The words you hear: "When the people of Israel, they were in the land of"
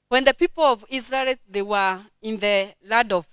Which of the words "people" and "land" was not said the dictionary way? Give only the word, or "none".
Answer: land